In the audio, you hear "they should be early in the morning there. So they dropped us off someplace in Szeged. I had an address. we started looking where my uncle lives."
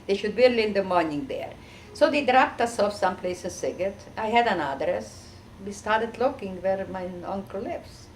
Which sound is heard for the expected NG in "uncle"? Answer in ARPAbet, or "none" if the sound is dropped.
NG